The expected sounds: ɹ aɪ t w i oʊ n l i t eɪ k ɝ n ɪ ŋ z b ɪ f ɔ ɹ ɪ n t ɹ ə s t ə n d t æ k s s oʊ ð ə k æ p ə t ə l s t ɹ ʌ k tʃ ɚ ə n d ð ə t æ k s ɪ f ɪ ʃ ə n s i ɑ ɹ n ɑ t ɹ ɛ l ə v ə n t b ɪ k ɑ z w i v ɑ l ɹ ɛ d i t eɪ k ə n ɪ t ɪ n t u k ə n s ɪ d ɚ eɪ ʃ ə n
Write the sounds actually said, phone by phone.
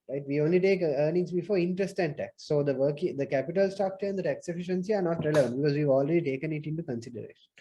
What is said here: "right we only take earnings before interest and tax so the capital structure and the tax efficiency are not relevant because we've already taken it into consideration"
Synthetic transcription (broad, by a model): ɹ aɪ t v i oʊ n l i t eɪ k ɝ n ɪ ŋ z b ɪ f ɔ ɹ ɪ n t ɹ ə s t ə n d t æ k s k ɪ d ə k æ p ə t ə l s t ɔ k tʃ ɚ ə n d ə t æ k s ɪ f ɪ ʃ ə n s i ɑ ɹ n ɑ t ɹ ɛ l ə v ə n t b ɪ k ɑ z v i v ɑ l ɹ ɛ d i t eɪ k ə n ɪ t ɪ n t u k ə n s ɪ d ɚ eɪ ʃ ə n